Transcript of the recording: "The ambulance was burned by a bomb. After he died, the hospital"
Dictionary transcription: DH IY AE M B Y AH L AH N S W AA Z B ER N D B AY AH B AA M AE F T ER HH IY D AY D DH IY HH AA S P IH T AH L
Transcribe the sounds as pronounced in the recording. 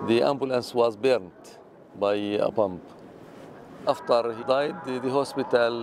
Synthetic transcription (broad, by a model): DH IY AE M B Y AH L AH N S W AA Z B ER N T B AY AH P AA M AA F T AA HH IY D AY D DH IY HH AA S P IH T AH L